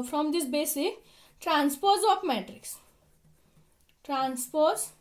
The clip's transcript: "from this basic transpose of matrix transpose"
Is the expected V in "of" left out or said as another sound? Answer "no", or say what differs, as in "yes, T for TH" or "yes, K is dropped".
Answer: yes, P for V